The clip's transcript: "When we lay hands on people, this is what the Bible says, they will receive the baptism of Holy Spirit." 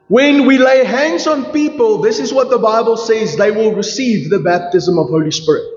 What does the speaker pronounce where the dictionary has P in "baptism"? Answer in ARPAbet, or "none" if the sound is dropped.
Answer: P